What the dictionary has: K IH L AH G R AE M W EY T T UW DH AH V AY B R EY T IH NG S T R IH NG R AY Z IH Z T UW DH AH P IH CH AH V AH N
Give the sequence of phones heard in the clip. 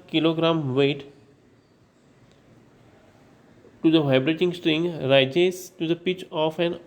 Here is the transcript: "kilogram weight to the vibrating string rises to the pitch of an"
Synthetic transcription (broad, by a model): K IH L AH G R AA M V EY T T UW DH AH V AY B R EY T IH NG S T R IH NG R AY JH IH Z T UW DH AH P IH CH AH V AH N